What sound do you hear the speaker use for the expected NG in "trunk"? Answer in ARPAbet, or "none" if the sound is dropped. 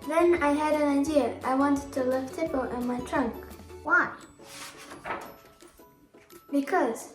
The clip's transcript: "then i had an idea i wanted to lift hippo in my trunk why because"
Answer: NG